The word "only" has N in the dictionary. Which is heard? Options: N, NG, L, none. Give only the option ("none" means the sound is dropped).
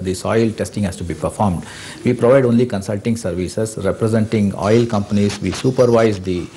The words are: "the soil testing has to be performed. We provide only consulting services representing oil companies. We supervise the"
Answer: N